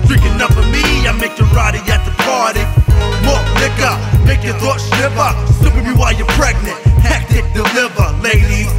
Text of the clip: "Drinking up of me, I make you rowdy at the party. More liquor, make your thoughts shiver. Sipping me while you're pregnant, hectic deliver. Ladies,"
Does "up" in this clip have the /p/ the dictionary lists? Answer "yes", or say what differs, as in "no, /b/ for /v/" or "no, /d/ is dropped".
no, /f/ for /p/